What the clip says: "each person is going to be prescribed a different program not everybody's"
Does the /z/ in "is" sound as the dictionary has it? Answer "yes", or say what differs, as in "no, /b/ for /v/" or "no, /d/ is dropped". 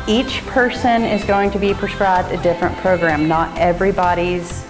yes